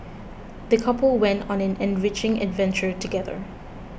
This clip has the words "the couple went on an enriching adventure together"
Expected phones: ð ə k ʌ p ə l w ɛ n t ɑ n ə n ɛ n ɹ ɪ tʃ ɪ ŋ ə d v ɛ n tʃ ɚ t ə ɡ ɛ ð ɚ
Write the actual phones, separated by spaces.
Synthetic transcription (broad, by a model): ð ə k ʌ p ə l w ɛ n t ɑ n ə n ɛ n ɹ ɪ tʃ ɪ ŋ ə d v ɛ n tʃ ɚ t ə ɡ ɛ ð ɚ